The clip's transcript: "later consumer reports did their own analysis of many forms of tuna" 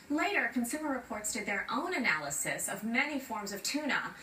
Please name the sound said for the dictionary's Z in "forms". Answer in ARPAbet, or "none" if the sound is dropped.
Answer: Z